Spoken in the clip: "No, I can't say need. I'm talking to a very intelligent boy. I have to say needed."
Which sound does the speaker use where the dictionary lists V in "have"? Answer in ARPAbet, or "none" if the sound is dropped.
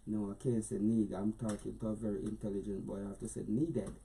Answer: F